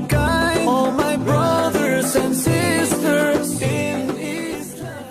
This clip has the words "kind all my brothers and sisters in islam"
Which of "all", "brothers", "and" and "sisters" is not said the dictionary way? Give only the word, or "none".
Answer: none